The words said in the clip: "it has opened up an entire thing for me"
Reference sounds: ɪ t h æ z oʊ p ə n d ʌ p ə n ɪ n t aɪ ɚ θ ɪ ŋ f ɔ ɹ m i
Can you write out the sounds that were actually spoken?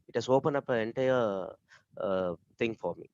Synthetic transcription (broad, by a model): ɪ t h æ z oʊ p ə n ʌ p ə ɪ n t aɪ ɚ t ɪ ŋ f ɔ ɹ m i